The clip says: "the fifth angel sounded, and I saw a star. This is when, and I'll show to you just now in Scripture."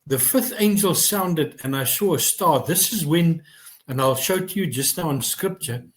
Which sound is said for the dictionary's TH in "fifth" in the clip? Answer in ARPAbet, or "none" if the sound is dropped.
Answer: TH